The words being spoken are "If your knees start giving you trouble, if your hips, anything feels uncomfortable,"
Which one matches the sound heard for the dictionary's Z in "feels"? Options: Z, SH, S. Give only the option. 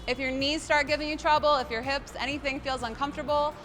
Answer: Z